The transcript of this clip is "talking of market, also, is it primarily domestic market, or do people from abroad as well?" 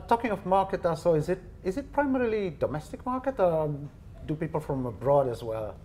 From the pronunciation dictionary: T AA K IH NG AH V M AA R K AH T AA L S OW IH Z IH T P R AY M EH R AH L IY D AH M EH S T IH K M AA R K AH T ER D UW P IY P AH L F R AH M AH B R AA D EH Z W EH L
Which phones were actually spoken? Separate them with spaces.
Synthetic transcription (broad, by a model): T AA K IH NG AH V M AA R K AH T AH S OW IH Z IH T P R AY M EH R AH L IY D AH M EH S T IH K M AA R K AH T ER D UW P IY P AH L F R AH M AH B R AA D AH Z W EH L